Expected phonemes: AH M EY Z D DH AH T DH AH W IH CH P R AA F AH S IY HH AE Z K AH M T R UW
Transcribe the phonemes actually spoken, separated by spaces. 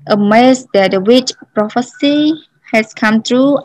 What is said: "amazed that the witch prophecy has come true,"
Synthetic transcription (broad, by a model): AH M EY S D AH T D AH W IH CH P R AA F AH S IY HH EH S K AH M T R UW